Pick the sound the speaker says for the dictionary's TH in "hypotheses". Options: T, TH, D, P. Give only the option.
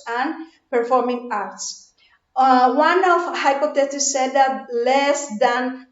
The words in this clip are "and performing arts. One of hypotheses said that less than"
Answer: T